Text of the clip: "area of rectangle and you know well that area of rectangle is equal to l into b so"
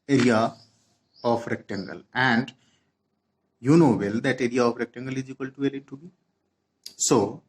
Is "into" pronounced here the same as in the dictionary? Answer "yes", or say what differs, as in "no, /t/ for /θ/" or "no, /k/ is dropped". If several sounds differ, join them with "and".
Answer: no, /n/ is dropped